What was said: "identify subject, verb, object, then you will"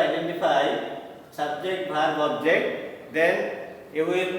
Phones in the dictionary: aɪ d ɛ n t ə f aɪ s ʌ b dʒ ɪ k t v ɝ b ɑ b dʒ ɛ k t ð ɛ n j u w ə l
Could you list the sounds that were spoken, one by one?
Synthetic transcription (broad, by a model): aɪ d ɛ n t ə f aɪ s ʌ b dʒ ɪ k t b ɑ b ɑ b dʒ ɛ k t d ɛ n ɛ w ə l